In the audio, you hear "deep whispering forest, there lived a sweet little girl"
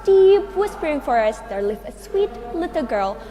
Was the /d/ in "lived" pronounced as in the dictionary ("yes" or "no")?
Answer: no